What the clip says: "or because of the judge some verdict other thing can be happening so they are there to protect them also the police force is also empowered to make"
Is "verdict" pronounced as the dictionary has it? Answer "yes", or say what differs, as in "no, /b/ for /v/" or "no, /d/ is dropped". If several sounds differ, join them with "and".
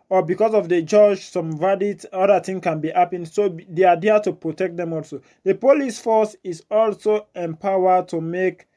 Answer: no, /k/ is dropped